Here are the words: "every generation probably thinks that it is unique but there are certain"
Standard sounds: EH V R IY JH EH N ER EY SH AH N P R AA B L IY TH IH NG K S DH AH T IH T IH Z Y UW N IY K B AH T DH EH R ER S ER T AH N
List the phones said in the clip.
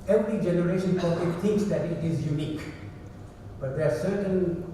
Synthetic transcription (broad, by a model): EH V R IY JH EH N ER EY SH AH N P AA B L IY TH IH NG K S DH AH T IH T IH Z Y UW N IY K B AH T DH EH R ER S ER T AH N